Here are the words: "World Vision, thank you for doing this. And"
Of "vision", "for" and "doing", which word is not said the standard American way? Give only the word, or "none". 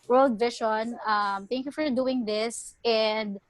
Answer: vision